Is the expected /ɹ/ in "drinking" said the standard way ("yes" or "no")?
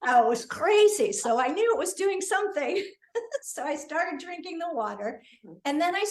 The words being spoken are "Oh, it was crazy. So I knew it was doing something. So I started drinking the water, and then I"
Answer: yes